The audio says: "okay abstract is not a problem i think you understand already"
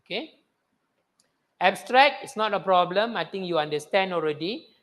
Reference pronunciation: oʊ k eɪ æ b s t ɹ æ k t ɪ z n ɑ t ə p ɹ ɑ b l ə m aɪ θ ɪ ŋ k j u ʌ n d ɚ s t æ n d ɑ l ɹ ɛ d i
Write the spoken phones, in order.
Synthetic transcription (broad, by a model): k eɪ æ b s t ɹ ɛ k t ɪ s n ɑ t ə p ɹ ɑ b l ə m aɪ t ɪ ŋ k j u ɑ n d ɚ s t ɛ n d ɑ l ɹ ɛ d i